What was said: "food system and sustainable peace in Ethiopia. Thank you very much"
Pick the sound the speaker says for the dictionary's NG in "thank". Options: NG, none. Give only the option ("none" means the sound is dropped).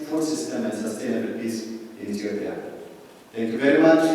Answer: none